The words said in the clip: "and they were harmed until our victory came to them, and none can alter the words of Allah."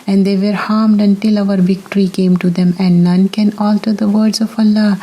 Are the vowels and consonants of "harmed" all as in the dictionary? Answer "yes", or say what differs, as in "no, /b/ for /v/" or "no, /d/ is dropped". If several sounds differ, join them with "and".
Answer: yes